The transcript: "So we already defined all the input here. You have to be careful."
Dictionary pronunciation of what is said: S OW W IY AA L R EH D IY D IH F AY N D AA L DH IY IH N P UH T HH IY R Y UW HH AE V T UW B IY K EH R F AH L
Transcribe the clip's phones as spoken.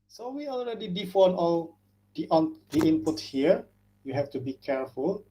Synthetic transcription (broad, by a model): S OW W IY AA L R EH D IY D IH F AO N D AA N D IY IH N P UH T HH IY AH Y UW HH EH F T UW B IY K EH R F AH L